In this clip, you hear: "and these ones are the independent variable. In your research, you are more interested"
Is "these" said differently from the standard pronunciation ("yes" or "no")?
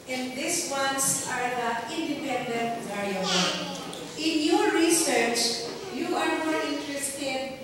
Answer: yes